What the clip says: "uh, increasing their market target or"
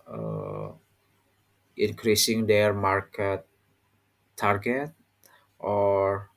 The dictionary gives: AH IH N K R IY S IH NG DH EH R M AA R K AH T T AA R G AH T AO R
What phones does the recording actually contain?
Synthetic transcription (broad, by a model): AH IH N K R IY S IH NG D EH R M AA R K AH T T AA R G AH T AO R